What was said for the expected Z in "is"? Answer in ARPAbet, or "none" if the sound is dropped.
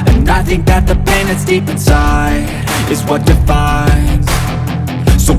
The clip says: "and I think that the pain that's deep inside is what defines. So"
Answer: Z